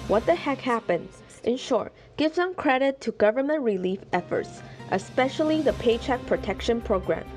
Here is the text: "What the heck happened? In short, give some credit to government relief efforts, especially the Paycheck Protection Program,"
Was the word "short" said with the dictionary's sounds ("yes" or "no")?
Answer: yes